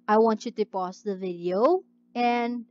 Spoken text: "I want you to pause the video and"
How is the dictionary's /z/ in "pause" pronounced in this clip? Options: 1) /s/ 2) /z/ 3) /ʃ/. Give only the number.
1